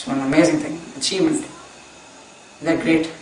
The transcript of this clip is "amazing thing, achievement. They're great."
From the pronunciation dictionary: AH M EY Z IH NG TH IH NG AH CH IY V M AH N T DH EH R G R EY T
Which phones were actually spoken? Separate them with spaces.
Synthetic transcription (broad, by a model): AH M EY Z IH NG T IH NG AH CH IY V M AH N T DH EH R G R EY T